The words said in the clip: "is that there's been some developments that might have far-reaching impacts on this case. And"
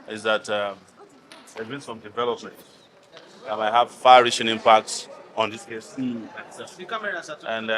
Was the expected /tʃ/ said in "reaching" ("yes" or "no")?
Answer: no